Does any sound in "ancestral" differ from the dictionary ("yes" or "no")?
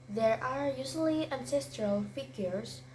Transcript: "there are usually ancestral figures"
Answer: no